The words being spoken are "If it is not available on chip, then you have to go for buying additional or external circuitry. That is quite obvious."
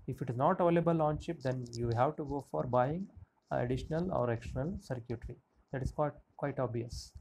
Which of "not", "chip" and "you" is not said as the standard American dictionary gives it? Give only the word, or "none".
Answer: chip